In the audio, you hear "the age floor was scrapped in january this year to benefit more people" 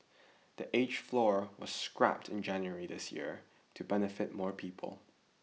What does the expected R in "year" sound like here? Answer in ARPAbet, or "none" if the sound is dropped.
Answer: R